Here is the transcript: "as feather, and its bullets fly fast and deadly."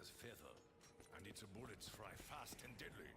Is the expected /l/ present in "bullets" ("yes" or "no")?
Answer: yes